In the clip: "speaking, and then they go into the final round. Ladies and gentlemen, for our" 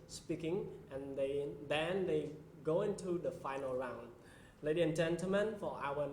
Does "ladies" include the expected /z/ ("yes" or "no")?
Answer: no